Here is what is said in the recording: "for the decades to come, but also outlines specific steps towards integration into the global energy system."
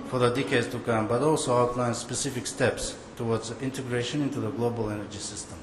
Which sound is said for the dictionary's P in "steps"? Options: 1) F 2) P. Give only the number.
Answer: 2